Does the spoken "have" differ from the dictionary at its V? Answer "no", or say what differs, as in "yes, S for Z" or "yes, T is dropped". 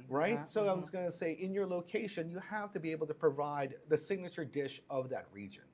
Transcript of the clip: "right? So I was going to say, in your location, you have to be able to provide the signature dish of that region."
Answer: yes, F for V